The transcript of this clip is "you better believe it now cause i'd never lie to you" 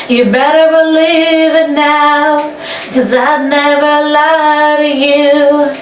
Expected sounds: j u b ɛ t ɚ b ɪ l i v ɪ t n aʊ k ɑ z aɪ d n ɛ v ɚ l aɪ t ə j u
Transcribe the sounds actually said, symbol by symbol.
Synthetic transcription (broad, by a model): j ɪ b ɛ t ɚ b ɪ l i v ɪ t n aʊ k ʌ z aɪ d n ɛ v ɚ l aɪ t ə j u